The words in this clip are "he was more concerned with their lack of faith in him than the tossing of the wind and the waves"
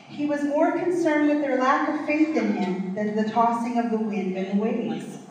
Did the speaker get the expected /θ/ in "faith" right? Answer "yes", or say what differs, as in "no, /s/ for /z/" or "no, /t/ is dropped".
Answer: yes